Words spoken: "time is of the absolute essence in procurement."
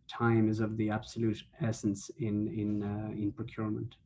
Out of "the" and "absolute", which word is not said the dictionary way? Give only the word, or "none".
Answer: none